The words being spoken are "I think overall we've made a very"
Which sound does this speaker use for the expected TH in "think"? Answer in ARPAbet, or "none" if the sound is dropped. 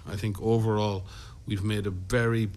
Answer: TH